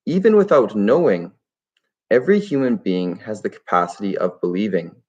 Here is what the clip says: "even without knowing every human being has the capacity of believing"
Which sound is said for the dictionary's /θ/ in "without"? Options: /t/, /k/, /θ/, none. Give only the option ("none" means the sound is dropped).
/θ/